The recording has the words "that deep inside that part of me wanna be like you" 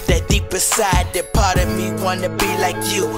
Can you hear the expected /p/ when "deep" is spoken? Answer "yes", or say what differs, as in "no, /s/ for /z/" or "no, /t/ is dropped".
no, /b/ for /p/